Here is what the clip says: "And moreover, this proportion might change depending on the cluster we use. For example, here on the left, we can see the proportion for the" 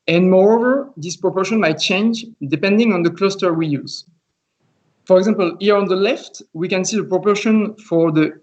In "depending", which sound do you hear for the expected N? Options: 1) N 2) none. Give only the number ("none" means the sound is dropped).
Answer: 1